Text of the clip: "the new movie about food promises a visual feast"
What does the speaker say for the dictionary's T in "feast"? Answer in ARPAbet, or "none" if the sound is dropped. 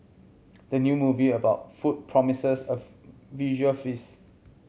none